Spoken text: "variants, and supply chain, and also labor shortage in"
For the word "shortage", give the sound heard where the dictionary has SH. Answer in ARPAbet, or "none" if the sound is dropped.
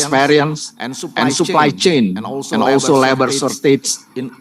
S